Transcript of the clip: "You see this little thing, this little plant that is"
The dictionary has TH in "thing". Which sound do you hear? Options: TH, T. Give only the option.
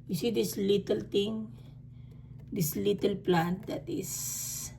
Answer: T